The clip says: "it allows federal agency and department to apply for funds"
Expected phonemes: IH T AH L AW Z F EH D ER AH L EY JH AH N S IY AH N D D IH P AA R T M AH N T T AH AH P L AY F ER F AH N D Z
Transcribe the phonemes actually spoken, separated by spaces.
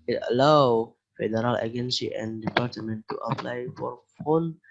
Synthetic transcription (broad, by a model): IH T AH L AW F EH D ER AH L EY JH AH N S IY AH N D D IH P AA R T M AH N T T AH AH P L AY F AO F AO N